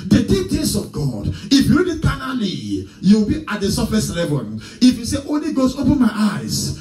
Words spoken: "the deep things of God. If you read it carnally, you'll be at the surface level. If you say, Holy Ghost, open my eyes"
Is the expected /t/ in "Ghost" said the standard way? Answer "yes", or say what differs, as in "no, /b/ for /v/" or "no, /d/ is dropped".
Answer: no, /t/ is dropped